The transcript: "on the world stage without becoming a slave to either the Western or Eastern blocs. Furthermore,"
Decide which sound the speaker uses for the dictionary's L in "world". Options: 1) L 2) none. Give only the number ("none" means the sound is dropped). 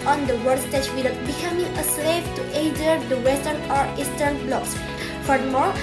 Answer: 2